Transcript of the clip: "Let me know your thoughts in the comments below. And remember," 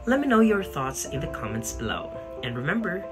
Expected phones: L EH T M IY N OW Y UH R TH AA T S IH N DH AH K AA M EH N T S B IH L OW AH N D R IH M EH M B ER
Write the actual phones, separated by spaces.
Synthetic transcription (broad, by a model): L EH T M IY N OW Y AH R TH AA T S IH N DH AH K AA M EH N T S B IH L OW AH N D R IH M EH M B ER